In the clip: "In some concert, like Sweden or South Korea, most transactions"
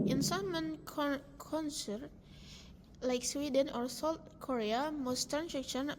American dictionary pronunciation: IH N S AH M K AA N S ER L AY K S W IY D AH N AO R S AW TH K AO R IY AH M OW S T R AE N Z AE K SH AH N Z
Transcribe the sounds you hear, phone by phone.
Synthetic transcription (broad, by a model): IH N S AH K K AA N S ER L AY K S W IY D AH N AO R S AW T K AO R IY AH M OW S T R N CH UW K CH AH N